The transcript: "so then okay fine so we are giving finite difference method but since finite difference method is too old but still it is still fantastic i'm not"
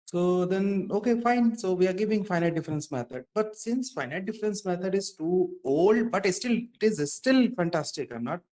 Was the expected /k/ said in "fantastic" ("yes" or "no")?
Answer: yes